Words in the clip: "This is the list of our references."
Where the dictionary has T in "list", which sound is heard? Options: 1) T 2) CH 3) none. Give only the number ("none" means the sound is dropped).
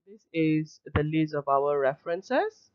3